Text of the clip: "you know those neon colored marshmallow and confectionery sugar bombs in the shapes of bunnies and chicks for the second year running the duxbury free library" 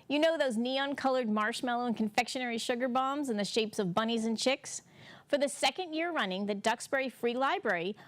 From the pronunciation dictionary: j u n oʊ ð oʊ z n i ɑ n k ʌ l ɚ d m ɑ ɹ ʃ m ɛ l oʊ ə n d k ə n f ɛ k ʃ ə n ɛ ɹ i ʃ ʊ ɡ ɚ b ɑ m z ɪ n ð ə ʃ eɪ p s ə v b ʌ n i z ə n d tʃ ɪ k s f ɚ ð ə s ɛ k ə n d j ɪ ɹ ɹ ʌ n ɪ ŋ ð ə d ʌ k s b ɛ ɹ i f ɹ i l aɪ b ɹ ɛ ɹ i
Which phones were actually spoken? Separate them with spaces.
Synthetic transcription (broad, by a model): j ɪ n oʊ ð oʊ z n i ɑ n k ʌ l ɚ d m ɑ ɹ ʃ m ɛ l oʊ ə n k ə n f ɛ k ʃ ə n ɛ ɹ i ʃ ʊ ɡ ɚ b ɑ m z ɪ n ð ə ʃ eɪ p s ə v b ʌ n i z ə n tʃ ɪ k s f ɚ ð ə s ɛ k ə n d j ɪ ɹ ɹ ʌ n ɪ ŋ ð ə d ʌ k s b ɛ ɹ i f ɹ i l aɪ b ɹ ɛ ɹ i